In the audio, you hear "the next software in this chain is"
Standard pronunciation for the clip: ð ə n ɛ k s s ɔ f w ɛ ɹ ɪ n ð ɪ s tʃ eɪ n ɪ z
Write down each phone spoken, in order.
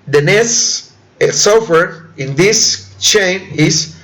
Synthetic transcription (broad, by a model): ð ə n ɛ s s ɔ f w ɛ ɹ ɪ n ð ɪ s tʃ eɪ n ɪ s